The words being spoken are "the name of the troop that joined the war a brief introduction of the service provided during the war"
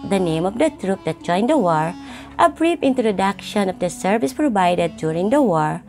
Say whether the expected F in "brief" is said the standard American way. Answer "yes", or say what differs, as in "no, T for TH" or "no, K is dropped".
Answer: no, P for F